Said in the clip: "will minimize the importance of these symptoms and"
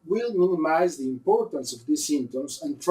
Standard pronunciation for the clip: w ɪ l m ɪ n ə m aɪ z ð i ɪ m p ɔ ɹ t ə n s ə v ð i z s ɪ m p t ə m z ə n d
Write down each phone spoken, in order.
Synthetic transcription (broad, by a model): w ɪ l m ɪ n ə m aɪ z ð i ɪ m p ɔ ɹ t ə n s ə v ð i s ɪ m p t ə m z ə n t